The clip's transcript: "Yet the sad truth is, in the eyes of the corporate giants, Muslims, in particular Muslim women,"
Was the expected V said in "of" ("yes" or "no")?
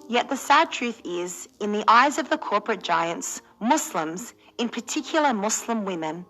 yes